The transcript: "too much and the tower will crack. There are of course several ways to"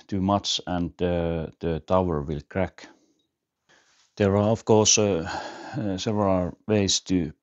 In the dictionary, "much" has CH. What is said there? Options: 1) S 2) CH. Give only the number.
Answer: 1